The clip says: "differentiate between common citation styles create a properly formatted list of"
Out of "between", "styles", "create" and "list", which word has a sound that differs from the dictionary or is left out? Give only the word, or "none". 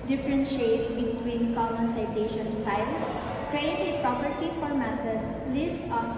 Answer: styles